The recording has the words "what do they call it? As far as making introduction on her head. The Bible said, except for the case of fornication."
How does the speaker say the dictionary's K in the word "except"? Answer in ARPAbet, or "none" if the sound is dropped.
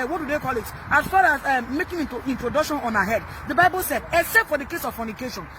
none